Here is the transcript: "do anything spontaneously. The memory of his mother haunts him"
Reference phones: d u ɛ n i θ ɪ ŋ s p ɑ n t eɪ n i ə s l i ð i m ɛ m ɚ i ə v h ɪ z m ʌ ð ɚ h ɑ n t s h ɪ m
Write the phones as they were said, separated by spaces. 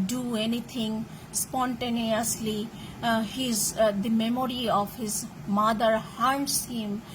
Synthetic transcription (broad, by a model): d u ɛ n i t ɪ ŋ s p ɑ n t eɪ n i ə s l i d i m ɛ m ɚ i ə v h ɪ z m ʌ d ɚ h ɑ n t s h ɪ m